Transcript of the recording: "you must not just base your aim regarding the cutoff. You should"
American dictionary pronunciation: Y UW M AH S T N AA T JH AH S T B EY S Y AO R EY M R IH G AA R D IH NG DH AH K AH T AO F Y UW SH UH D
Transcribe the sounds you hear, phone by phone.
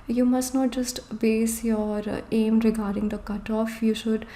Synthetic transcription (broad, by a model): Y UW M AH S T N AA T JH AH S T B EY S Y AO R EY M R IH G AA R D IH NG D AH K AH T AO F Y UW SH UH D